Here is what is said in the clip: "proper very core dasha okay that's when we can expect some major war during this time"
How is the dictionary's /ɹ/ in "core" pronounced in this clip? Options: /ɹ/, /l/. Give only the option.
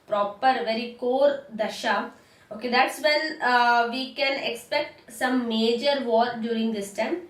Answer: /ɹ/